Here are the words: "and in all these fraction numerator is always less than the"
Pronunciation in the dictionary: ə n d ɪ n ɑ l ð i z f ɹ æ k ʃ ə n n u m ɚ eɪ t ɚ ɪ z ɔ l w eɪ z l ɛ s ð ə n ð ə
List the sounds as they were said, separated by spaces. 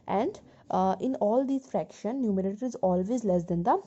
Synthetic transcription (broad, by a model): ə n d ɪ n ɑ l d i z f ɹ æ k ʃ ə n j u m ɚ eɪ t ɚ ɪ z ɔ l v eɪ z l ɛ s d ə n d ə